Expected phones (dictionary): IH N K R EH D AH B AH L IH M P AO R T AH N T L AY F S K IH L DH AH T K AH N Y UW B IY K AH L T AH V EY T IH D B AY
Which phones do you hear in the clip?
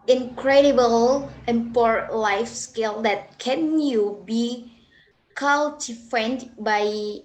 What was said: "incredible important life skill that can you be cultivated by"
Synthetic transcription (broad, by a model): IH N K R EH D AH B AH L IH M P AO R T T L AY F S K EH L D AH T K AH N Y UW B IY K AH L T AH F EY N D B AY